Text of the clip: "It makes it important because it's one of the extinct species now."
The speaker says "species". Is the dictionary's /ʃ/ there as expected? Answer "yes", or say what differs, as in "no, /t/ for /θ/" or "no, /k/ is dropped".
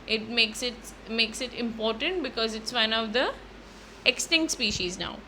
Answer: yes